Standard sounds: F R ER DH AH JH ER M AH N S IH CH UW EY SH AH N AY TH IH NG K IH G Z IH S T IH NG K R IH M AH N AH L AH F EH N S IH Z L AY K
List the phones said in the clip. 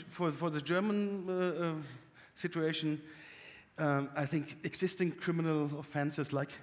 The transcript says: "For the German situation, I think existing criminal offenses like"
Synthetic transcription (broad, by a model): F R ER DH AH JH ER M AH N S IH CH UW EY SH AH AY TH IH NG K IH G Z IH S T IH NG K R IH M AH N AH L AH F EH N S IH Z L AY K